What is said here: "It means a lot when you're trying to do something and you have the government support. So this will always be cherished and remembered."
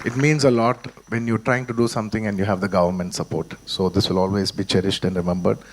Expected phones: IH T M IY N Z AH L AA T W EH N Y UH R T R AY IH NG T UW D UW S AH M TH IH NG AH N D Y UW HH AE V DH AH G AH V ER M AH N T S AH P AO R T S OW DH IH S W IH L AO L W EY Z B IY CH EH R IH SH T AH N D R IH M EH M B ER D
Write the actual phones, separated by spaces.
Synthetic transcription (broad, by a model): IH T M IY N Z AH L AA T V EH N Y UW R T R AY IH NG T UW D UW S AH M T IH NG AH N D Y UW HH AE V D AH G AH V ER M AH N T S AH P AO R T S OW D IH S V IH L AO L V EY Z B IY CH EH R IH SH T AH N D R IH M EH M B ER D